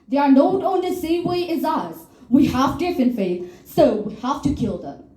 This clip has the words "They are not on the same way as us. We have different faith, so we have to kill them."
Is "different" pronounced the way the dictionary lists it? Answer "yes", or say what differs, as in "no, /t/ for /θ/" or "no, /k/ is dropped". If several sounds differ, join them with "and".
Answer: no, /ɹ/ is dropped